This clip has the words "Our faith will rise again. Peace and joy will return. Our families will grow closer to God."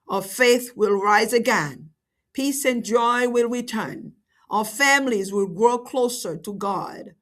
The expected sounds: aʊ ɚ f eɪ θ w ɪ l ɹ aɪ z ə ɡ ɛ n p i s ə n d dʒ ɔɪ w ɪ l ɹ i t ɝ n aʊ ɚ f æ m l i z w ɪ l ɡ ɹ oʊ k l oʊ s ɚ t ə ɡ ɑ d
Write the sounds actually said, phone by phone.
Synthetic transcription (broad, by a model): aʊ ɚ f eɪ θ w ɪ l ɹ aɪ z ə ɡ ɛ n p i s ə n dʒ ɔɪ w ɪ l ɹ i t ɝ n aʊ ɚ f æ m l i z w ɪ l ɡ ɹ oʊ k l oʊ s ɚ t ə ɡ ɑ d